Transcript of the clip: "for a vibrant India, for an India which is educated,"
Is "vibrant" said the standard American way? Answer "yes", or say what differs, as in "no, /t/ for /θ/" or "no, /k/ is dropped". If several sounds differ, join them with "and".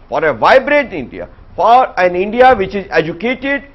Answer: no, /n/ is dropped